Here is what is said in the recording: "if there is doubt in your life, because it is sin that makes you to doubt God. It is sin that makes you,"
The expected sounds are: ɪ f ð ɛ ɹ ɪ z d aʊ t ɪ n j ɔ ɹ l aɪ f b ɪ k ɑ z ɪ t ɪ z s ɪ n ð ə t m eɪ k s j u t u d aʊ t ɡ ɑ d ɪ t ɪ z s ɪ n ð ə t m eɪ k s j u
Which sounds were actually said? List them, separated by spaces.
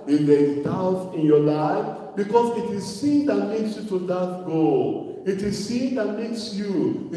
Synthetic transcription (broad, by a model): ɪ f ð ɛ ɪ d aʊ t ɪ n j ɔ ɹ l aɪ f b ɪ k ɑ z ɪ t ɪ z s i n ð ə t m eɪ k s j u t u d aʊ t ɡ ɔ ɪ t ɪ z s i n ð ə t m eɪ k s j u